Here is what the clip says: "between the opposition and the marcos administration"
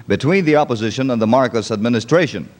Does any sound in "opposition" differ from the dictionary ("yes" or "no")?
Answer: no